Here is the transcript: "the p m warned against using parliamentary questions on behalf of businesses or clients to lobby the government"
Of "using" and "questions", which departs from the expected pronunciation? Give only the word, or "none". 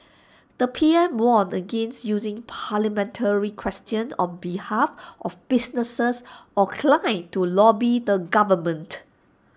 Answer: questions